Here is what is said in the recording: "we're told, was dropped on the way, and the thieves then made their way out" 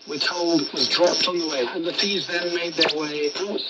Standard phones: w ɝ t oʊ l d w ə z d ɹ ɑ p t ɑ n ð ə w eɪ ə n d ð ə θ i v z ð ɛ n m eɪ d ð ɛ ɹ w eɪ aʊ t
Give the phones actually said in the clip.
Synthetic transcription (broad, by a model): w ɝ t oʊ l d w ə z d ɹ ɑ p t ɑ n ð ə w eɪ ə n ð ə f i z ð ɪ n m eɪ d ð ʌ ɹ w eɪ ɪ